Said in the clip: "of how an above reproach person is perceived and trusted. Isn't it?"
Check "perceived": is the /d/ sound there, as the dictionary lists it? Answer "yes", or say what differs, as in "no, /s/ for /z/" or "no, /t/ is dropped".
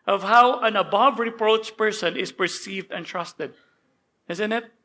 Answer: yes